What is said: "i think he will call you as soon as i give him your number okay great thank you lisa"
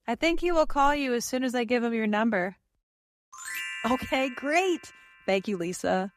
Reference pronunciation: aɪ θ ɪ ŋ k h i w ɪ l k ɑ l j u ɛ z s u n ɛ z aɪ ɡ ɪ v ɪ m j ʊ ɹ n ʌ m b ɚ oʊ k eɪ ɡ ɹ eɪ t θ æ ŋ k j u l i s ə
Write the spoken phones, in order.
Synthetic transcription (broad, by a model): aɪ θ ɪ ŋ k h i w ɪ l k ɑ l j u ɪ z s u n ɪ z aɪ ɡ ɪ v ɪ m j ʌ ɹ n ʌ m b ɚ oʊ k eɪ ɡ ɹ eɪ t θ æ ŋ k j u l i s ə